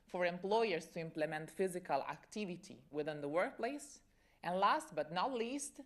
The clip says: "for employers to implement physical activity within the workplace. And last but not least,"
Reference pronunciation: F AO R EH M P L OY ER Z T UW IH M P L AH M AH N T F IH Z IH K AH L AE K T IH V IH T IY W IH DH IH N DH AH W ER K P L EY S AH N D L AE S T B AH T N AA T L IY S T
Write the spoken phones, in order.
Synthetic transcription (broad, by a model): F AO R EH M P L OY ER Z T UW IH M P L AH M AH N T F IH Z IH K AH L AE K T IH V IH T IY W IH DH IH N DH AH W ER K P L EY S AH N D L AE S T B AH T N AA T L IY S T